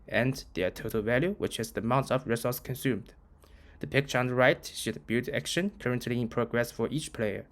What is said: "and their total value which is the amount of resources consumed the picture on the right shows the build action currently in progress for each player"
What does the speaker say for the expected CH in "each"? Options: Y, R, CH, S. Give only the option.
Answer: CH